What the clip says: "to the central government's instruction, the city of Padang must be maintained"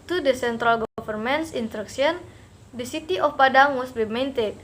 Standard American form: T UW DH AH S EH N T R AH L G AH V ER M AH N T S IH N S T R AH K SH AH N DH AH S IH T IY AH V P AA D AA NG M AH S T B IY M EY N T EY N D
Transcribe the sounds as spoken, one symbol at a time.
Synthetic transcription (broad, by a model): T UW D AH S EH N T R AH L G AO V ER M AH N S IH N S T R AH K S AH N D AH S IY T IY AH F P AA D AA NG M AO S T B IY M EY N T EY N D